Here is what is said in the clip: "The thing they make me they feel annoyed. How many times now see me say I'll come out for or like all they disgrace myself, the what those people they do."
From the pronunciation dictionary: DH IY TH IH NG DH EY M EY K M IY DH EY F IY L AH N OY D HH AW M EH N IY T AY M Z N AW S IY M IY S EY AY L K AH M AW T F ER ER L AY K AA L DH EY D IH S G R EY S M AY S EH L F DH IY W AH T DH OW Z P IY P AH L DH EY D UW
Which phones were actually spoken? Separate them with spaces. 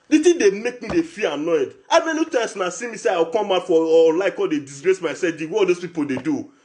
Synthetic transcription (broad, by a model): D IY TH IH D EY M EY K M IY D EY F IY AH N OY D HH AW M EH N IY T AY M S N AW S IY M IY S EY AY W K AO M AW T F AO L AY K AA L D EY D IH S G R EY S M AY S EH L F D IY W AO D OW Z P IY P AH L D EY D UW